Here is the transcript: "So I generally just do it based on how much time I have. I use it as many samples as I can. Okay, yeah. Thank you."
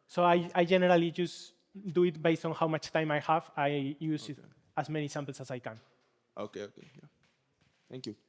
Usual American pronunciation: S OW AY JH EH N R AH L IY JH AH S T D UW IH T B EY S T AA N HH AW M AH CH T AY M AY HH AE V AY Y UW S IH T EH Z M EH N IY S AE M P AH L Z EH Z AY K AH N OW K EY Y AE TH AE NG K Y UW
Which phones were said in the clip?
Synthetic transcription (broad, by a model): S OW AY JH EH N R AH L IY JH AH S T D UW IH T B EY S T AA N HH AW M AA CH T AY M AY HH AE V AY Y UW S IH T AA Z M EH N IY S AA M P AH L S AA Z AY K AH N OW K EY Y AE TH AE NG K Y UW